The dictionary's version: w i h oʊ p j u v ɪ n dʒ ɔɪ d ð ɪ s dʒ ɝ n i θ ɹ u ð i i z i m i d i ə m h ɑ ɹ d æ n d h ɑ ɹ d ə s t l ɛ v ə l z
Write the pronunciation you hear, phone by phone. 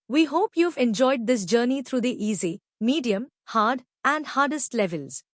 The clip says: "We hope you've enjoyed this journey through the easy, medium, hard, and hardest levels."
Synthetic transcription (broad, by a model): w i h oʊ p j u v ɪ n dʒ ɔɪ d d ɪ s dʒ ɝ n i t ɹ u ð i i z i m i d i ə m h ɑ ɹ d æ n d h ɑ ɹ d ə s t l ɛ v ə l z